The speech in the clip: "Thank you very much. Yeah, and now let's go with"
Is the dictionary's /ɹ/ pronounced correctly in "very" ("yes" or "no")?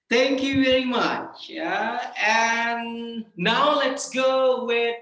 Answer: no